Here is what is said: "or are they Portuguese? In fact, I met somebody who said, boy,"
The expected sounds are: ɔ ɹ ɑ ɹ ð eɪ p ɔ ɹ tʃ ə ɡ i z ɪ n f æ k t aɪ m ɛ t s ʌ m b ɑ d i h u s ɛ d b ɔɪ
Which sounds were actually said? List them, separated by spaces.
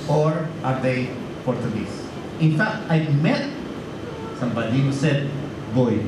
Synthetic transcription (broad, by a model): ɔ ɹ ɑ ɹ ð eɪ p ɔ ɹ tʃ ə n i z ɪ n f æ k t aɪ m ɛ t s ʌ m b ɑ d i h u s ɛ d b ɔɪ